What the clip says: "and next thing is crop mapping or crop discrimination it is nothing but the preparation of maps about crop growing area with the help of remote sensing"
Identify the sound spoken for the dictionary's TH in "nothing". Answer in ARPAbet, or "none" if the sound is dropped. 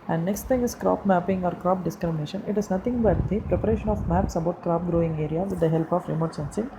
T